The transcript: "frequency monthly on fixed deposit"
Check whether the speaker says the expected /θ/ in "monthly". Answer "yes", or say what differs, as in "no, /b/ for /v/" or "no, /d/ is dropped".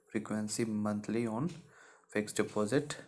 no, /t/ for /θ/